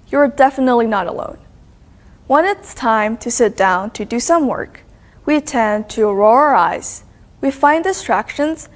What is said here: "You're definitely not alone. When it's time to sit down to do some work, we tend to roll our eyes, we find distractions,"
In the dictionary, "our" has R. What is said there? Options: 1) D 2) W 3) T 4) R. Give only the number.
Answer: 4